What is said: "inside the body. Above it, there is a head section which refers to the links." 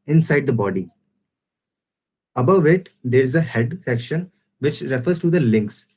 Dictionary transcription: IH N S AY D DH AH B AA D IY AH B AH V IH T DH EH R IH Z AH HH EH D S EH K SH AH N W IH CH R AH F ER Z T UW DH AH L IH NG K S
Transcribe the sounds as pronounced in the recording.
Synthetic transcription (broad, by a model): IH N S AY D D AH B AA D IY AH B AH V IH T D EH R IH Z AH HH EH D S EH K SH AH N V IH CH R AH F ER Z T UW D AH L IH NG K S